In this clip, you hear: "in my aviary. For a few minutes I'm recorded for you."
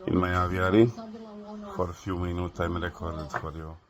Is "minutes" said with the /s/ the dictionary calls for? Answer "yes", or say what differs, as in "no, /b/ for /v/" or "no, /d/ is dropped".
no, /s/ is dropped